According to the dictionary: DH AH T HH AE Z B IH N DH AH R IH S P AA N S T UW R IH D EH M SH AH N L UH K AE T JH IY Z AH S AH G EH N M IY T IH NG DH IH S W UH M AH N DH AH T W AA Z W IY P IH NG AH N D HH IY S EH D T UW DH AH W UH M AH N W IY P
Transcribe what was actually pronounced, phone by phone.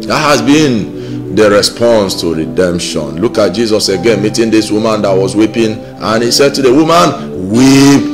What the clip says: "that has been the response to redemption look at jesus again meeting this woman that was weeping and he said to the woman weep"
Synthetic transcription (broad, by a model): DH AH T HH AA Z B IH N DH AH R IH S P AA N S T UW R IH D EH M SH AH N L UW K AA T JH IY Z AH S AH G EH N M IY T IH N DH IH S W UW M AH N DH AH T W AA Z W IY P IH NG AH N HH IY S EH D T UW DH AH W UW M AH N W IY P